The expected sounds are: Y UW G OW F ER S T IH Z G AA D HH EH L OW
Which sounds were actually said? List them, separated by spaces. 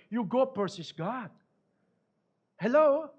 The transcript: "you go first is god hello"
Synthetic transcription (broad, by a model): Y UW G OW P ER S IH S G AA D HH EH L OW